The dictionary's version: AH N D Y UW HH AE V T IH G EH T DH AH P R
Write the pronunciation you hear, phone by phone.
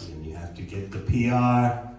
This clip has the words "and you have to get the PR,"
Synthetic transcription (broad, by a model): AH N Y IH HH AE F T IH G EH T DH AH P R